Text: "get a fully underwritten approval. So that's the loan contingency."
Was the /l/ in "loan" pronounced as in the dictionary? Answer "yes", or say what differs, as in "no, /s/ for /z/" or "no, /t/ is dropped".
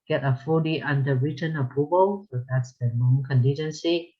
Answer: no, /n/ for /l/